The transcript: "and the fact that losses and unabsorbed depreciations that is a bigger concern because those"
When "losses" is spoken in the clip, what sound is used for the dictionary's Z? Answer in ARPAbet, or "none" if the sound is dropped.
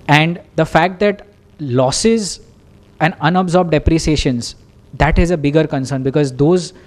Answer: Z